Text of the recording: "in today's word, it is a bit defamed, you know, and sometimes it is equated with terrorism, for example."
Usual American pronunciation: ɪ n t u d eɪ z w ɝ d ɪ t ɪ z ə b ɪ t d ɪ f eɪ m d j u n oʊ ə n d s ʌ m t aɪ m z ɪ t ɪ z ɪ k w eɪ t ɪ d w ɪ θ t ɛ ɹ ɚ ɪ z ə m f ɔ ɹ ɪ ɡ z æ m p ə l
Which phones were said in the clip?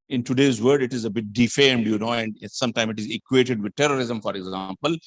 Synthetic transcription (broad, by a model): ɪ n t u d eɪ z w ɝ d ɪ t ɪ z ə b ɪ t d ɪ f eɪ m d j u n oʊ ə n d s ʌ m t aɪ m ɪ t ɪ z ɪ k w eɪ t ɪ d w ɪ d t ɛ ɹ ɚ ɪ z ə m f ɔ ɹ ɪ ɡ z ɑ m p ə l